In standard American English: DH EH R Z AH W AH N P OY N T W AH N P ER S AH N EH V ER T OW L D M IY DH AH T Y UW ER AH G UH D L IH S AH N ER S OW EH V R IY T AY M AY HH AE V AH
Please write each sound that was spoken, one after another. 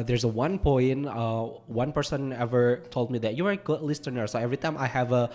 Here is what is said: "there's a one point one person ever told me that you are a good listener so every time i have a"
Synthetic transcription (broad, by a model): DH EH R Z AH W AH N P OY N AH W AH N P ER S AH N EH V ER T OW L D M IY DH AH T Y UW ER AH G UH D L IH S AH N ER S OW EH V R IY T AY M AY HH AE V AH